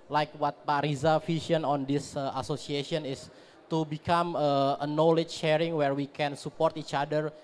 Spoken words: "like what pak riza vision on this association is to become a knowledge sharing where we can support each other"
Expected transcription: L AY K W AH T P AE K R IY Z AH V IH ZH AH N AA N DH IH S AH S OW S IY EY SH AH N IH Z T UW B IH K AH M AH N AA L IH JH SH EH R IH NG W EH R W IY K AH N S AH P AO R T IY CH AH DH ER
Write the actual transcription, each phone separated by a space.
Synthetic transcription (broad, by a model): L AY K W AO T P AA R IY Z AH F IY SH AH N AA N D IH S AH S OW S IY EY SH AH N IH S T UW B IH K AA M AH N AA L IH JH SH EH R IH NG W EH R W IY K AH N S AH P AO R T IY CH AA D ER